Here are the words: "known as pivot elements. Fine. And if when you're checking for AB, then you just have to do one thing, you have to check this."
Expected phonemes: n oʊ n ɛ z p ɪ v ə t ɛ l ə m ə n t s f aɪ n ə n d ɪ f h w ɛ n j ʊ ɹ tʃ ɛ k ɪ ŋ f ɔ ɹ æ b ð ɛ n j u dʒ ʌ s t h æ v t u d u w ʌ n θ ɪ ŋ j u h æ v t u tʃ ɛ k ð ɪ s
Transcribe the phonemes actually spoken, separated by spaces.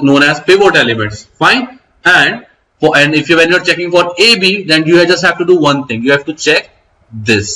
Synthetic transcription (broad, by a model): n oʊ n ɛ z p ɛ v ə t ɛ l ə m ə n t s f aɪ n ə n d ɪ f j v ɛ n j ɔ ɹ tʃ ɛ k ɪ ŋ f ɔ ɹ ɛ b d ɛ n j u dʒ ʌ s t h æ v t u d u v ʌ n t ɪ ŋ j u h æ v t u tʃ ɛ k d ɪ s